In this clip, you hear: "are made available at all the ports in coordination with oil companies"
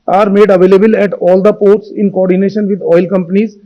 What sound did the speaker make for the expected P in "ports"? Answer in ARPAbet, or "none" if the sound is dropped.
P